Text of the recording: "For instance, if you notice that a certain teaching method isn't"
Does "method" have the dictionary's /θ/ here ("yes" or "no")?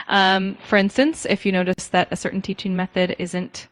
yes